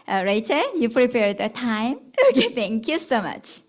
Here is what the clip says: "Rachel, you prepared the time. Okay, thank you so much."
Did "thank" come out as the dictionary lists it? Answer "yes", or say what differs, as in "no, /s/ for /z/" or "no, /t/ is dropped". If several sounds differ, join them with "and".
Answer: no, /t/ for /θ/